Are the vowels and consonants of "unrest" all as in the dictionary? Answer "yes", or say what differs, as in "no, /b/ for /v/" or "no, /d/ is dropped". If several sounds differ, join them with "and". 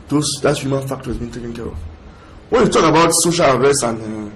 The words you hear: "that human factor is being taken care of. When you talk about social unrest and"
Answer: no, /n/ is dropped